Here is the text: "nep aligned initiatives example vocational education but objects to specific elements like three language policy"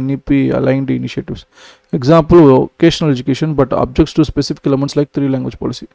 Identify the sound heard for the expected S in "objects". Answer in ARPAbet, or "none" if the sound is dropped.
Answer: S